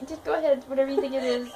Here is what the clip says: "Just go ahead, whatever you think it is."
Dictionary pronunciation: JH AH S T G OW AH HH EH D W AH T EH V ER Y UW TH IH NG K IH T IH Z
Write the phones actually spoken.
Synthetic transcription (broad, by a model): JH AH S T G OW AH HH EH D W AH T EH V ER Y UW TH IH NG IH T IH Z